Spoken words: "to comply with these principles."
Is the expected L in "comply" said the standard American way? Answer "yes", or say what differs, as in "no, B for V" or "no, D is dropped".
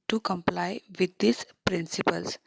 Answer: yes